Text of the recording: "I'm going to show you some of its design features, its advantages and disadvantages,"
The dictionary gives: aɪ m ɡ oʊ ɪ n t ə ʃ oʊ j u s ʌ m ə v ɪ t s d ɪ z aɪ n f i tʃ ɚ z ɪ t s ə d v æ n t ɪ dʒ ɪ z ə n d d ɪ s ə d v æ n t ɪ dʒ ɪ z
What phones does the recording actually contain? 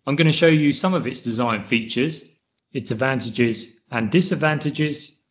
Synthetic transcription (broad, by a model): aɪ m ɡ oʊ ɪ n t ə ʃ oʊ j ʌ s ʌ m ə v ɪ t s d ɪ z aɪ n f i tʃ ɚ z ɪ t s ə d v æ n t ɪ dʒ ɪ z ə n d d ɪ s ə d v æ n t ɪ dʒ ɪ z